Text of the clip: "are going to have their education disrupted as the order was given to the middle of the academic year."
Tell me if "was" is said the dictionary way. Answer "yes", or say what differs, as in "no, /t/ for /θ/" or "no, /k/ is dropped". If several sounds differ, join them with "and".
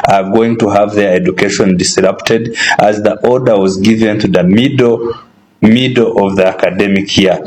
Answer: yes